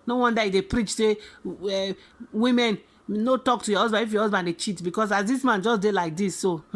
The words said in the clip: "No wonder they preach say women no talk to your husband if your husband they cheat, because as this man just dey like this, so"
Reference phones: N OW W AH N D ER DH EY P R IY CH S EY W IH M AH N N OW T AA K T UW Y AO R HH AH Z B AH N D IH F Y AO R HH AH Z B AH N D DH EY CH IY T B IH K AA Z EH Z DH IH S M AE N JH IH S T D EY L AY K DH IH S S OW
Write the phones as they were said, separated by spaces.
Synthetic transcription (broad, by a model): N OW W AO N D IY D EY P R IY CH S EY W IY M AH N N OW T AA K T UW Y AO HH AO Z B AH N IH F Y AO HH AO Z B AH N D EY CH IY T B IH K AA S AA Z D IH S M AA N JH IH S D EY L AY K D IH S S OW